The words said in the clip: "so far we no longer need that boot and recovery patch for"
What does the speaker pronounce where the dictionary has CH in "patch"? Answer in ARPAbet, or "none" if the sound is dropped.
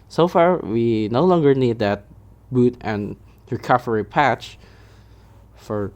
CH